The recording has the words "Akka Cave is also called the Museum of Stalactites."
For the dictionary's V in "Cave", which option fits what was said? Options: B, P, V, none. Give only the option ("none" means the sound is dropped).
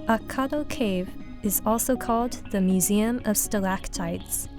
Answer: V